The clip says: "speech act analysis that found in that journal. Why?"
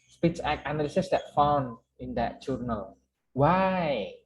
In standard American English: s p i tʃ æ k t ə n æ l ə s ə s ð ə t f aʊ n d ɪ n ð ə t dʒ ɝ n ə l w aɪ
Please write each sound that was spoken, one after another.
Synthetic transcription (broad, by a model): s p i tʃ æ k ə n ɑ l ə s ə s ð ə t f aʊ n d ɪ n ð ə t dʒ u n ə l w aɪ